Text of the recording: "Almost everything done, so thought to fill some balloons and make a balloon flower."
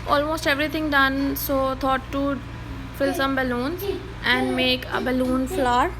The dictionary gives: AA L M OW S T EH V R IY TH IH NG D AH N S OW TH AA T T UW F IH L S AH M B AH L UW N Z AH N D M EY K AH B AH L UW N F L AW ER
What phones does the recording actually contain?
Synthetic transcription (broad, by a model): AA L M OW S T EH V R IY T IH NG D AH N S OW T AA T T UW F IH L S AH M B AH L UW N Z AH N D M EY K AH B AH L UW N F L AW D